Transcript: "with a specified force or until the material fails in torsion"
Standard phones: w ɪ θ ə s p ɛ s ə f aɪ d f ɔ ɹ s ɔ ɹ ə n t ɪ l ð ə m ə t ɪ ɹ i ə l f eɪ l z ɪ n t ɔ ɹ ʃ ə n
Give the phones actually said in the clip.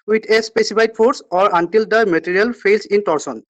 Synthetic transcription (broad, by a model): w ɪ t ə s p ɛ s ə p aɪ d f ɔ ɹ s ɔ ɹ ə n t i l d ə m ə t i ɹ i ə l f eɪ l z ɪ n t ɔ ɹ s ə n